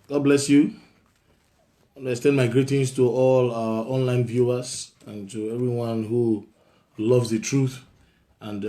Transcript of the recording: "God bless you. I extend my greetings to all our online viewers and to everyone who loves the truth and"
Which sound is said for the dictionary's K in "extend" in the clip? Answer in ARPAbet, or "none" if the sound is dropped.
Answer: none